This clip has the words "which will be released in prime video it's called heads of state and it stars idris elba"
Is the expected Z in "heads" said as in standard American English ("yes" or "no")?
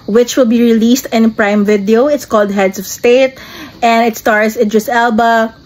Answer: no